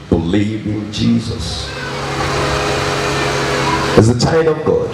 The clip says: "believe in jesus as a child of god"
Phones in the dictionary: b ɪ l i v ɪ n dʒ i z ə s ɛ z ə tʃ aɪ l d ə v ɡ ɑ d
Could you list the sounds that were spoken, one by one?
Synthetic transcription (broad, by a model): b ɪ l i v ɪ n dʒ i z ə s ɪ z ə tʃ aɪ d ə v ɡ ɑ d